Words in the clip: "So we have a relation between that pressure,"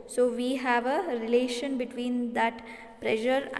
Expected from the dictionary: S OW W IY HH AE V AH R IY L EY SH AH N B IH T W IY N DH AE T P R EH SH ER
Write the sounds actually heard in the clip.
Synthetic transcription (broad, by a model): S OW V IY HH AE V AH R IY L EY SH AH N B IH T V IY N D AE T P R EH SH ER